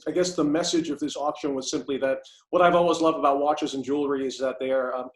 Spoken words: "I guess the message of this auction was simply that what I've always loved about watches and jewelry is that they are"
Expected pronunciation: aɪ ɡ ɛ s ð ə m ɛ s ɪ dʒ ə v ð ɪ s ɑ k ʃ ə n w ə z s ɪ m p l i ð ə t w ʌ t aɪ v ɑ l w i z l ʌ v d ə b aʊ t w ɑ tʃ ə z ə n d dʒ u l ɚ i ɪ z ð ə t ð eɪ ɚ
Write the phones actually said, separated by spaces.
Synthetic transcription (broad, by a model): aɪ ɡ ɛ s ð ə m ɛ s ɪ dʒ ə v ð ɪ s ɑ k ʃ ə n w ə z s ɪ m p l i ð ə t w ʌ t aɪ v ɑ l w i z l ʌ v d ə b aʊ t w ɑ tʃ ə z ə n dʒ u l ɚ i ɪ z ð ə t ð ɚ